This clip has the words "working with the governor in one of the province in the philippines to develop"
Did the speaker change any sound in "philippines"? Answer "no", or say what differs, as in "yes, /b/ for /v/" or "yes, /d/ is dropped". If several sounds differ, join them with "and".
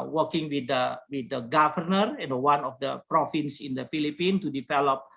yes, /z/ is dropped